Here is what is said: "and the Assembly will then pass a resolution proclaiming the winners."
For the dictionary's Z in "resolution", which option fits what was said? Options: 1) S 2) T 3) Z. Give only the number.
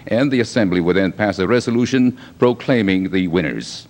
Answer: 3